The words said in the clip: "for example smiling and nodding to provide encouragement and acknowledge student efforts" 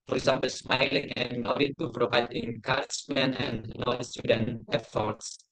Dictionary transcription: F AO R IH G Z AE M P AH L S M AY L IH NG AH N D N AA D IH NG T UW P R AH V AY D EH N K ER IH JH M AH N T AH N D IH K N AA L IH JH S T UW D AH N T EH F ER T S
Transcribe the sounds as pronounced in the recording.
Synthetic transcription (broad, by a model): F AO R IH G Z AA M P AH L S M AY L IH NG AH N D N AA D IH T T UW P R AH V AY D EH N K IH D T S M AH N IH N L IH S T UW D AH N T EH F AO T S